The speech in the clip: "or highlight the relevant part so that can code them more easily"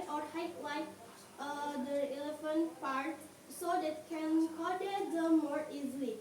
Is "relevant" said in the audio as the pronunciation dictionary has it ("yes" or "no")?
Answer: no